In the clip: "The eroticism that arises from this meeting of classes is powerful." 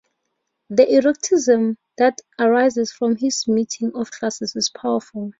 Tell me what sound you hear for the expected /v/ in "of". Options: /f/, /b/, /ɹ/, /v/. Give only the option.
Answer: /f/